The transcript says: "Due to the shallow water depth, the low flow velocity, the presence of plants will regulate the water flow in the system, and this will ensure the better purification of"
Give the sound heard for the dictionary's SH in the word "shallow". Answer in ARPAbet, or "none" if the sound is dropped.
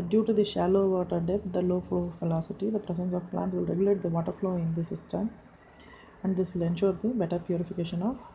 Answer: SH